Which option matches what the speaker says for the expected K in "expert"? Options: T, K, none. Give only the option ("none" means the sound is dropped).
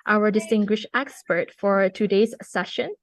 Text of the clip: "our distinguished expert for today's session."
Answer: K